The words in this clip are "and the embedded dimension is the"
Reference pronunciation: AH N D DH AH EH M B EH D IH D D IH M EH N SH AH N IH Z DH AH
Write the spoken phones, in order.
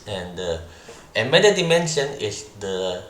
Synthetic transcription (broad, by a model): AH N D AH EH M EH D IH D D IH M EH N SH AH N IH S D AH